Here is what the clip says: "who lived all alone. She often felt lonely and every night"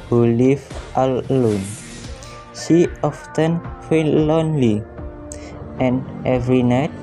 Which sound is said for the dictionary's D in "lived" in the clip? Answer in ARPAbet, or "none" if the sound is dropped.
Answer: none